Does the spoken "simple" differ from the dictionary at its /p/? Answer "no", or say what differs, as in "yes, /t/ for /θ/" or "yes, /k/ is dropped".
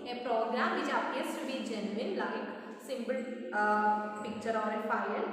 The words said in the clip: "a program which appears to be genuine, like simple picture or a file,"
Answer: yes, /b/ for /p/